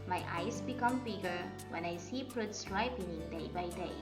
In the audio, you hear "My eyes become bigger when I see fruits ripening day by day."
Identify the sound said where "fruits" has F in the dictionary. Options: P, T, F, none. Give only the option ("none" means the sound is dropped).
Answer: P